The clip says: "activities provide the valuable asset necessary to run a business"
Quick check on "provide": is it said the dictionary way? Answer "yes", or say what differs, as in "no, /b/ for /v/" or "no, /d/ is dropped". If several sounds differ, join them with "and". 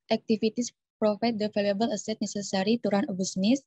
no, /f/ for /v/